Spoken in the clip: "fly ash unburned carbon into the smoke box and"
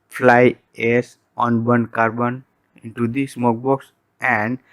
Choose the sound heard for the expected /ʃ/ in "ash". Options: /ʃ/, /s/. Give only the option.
/s/